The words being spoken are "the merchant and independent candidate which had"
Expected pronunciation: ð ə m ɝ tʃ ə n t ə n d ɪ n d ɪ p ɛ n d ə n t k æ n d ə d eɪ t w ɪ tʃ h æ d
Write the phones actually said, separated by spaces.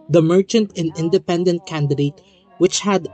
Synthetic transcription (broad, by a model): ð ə m ɝ tʃ ə n t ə n ɪ n d ɪ p ɛ n d ə n t k æ n d ə d eɪ t w ɪ tʃ h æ d